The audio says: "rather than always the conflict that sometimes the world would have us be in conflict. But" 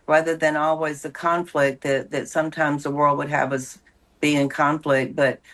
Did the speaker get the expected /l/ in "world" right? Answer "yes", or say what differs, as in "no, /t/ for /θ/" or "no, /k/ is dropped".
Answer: yes